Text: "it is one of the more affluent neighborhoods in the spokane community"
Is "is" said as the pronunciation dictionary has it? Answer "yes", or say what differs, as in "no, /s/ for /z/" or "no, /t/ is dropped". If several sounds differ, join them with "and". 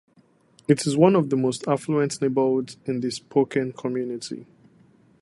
yes